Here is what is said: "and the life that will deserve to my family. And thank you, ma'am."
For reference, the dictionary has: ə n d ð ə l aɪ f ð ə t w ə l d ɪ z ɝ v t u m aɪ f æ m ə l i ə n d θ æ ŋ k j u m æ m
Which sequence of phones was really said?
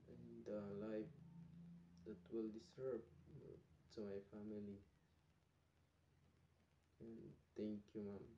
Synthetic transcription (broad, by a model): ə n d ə l aɪ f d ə t w ə l d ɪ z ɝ b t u m aɪ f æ m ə l i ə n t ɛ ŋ k j u m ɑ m